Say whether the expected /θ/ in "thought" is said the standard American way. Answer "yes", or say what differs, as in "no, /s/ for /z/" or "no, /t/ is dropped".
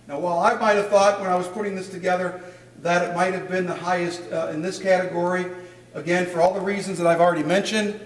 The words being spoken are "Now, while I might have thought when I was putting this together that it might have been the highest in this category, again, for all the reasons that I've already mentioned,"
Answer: yes